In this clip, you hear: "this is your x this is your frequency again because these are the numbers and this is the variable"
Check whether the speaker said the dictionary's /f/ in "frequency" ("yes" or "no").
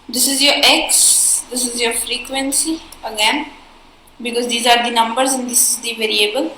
yes